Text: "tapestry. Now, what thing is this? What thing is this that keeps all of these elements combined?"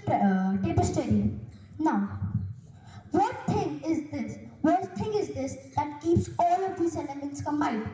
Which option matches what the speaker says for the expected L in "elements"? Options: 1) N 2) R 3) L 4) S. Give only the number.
1